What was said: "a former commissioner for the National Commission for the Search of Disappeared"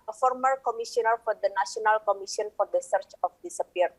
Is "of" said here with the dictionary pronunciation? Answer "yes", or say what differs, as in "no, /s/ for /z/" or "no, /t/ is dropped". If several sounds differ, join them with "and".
no, /f/ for /v/